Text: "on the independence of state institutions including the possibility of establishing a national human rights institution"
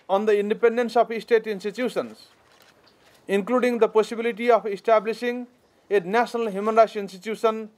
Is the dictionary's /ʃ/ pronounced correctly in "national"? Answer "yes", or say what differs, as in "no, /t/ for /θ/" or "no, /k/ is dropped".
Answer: no, /s/ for /ʃ/